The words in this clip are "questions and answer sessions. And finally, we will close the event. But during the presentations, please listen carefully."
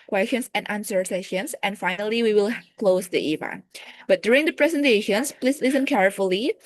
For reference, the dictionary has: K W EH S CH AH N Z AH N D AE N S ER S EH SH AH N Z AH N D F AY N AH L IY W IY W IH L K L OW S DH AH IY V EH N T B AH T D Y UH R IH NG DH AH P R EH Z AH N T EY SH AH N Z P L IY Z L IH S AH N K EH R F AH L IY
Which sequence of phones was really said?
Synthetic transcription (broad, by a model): K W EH S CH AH N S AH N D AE N S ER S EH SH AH N S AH N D F AY N AH L IY W IY W IH L K L OW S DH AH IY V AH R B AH T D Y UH R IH NG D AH P R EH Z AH N T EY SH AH N S P L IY S L IH S AH N K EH R F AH L IY